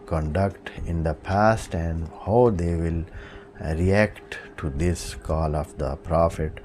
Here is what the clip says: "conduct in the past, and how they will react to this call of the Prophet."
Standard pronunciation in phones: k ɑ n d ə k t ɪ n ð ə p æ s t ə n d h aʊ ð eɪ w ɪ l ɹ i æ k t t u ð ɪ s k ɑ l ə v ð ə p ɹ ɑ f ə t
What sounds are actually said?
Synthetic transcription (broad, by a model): k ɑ n d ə k t ɪ n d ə p æ s t ə n d h aʊ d eɪ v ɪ l ɹ i æ k t t u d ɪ s k ɑ l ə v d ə p ɹ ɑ f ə t